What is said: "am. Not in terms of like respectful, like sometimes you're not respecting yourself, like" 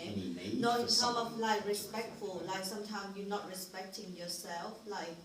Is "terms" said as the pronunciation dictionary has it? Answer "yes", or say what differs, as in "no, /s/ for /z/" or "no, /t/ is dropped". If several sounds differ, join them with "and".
no, /z/ is dropped